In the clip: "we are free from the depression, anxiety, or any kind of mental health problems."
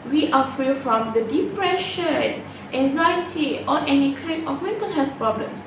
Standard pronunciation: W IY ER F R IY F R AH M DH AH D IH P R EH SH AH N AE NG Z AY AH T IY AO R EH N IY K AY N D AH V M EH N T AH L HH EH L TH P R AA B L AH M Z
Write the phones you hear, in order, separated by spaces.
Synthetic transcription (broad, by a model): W IY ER F R IY F R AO M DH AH D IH P R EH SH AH N AE NG Z AY AH T IY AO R EH N IY K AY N AH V M EH N T AH L HH EH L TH P R AA B L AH M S